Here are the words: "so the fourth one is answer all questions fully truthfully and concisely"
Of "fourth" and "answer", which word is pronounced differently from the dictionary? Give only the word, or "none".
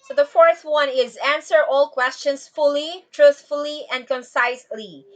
none